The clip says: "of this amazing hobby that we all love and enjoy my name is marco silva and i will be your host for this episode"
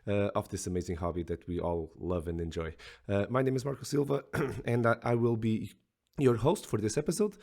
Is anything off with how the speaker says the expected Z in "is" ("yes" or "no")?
no